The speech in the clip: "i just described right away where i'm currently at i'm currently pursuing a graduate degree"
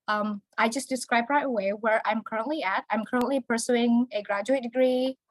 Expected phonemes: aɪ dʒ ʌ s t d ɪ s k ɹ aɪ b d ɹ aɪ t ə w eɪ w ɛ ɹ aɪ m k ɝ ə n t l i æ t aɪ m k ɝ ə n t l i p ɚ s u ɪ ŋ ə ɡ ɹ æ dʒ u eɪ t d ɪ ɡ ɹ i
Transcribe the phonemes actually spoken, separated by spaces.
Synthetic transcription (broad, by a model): aɪ dʒ ʌ s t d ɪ s k ɹ aɪ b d ɹ aɪ t ə w eɪ w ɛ ɹ aɪ m k ɝ ə n t l i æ t aɪ m k ɝ ə n t l i p ɚ s u ɪ ŋ ə ɡ ɹ æ dʒ u eɪ t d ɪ ɡ ɹ i